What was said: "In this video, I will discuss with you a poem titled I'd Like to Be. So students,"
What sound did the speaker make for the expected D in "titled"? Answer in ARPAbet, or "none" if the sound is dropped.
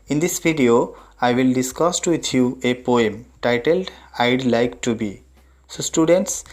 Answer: D